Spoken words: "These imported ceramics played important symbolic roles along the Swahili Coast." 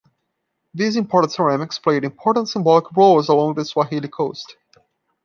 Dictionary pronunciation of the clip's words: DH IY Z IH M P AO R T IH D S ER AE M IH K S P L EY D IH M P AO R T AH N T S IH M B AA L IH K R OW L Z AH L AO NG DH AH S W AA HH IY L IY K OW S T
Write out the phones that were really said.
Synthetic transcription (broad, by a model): DH IY Z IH M P AO R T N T S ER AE M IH K S P L EY D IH M P AO R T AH N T S IH M B AA L IH K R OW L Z AH L AO NG DH AH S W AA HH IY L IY K OW S T